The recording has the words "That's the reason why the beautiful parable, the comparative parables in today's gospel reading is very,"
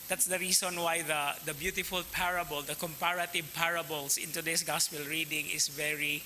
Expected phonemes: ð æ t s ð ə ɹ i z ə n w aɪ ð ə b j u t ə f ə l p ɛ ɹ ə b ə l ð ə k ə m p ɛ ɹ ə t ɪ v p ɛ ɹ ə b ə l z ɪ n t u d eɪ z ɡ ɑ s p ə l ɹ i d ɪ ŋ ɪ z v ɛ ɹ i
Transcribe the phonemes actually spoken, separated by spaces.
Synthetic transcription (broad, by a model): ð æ t s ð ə ɹ i s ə n w aɪ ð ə b j u t ə f ə l p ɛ ɹ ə b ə l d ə k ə m p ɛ ɹ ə t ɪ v p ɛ ɹ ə b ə l s ɪ n t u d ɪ s ɡ ɑ s p ə l ɹ i d ɪ ŋ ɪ s v ɛ ɹ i